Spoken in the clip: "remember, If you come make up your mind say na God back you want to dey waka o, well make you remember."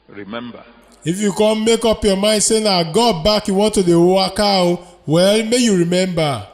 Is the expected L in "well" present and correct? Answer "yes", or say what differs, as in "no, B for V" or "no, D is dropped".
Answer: yes